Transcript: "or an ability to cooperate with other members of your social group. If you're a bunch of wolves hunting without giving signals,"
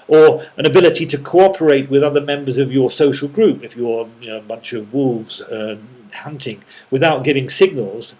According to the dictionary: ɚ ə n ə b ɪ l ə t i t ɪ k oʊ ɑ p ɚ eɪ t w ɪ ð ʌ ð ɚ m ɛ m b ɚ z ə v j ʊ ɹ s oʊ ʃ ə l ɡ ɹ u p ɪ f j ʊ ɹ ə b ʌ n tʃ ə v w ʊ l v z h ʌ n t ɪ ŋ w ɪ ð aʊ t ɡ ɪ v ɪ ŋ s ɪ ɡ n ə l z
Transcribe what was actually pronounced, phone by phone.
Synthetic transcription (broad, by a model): ɚ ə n ə b ɪ l ə t i t ɪ k oʊ ɑ p ɚ eɪ t w ɪ ð ʌ ð ɚ m ɛ m b ɚ z ə v j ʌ ɹ s oʊ ʃ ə l ɡ ɹ u p ɪ f j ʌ ɹ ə b ʌ n tʃ ə v w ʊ l v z h ʌ n t ɪ ŋ w ɪ ð aʊ t ɡ ɪ v ɪ ŋ s ɪ ɡ n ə l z